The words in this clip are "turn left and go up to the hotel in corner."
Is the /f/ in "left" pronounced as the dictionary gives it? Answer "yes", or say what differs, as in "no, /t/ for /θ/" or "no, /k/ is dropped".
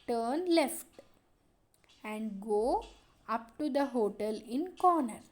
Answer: yes